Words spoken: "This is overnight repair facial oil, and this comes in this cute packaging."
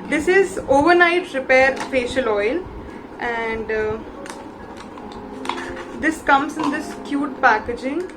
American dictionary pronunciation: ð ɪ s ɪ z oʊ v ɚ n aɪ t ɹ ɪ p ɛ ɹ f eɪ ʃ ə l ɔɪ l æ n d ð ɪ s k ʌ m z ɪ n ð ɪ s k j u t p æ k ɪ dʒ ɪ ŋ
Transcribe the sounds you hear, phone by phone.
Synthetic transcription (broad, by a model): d ɪ s ɪ z oʊ v ɚ n aɪ t ɹ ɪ p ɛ ɹ f eɪ ʃ ə l ɔɪ l æ n d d ɪ s k ʌ m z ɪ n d ɪ s k j u t p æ k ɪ dʒ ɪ ŋ